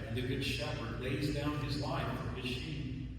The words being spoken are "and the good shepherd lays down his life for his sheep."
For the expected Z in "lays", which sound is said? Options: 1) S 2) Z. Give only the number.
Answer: 2